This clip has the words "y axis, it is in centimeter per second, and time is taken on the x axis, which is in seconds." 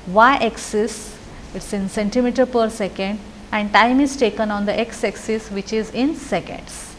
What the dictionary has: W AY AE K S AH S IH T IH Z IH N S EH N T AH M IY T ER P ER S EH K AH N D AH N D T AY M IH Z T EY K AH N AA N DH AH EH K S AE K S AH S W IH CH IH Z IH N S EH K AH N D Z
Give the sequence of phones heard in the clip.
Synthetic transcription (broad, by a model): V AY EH K S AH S IH T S IH N S EH N T AH M IY T ER P ER S EH K AH N D AH N D T AY M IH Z T EY K AH N AA N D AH EH K S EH K S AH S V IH CH IH Z IH N S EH K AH N D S